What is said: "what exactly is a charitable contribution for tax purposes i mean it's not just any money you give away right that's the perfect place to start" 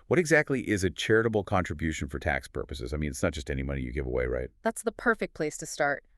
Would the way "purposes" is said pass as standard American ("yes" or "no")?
yes